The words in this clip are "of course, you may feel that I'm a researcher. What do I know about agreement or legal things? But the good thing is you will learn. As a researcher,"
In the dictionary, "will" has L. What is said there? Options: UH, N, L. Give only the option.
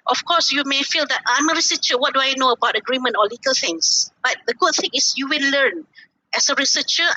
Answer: N